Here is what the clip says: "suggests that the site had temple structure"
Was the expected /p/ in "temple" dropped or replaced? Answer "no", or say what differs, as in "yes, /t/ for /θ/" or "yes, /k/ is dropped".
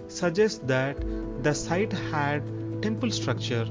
no